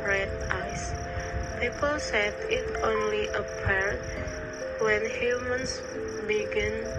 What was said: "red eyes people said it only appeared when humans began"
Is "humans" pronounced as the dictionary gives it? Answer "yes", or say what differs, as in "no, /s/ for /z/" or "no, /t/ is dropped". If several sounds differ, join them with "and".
no, /s/ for /z/